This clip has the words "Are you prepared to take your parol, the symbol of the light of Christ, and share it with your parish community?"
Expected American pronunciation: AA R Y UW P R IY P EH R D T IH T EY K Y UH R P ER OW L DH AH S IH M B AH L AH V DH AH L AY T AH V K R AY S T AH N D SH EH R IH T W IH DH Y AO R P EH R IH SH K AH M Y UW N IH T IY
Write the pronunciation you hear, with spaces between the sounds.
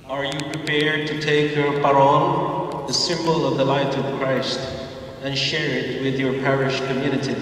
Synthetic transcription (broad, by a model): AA R Y UW P R IY P EH R D T IH T EY K Y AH R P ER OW N DH AH S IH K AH L AH V DH AH L AY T AH V K R AY S T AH N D SH EH R IH T W IH DH Y AO R P EH R IH SH K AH M Y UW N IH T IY